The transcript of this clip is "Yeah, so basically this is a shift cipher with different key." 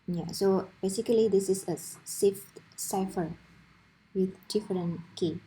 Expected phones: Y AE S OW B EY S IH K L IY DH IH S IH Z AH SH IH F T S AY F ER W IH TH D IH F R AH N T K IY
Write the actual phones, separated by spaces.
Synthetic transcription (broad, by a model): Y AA S OW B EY S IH K L IY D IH S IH S AH S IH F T S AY F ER W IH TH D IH F R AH N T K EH